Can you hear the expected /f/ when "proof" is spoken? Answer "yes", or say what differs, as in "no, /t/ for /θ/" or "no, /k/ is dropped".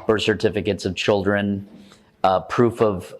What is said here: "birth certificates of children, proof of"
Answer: yes